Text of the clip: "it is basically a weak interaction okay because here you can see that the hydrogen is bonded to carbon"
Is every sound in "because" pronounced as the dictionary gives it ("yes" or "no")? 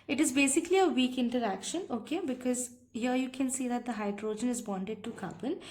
yes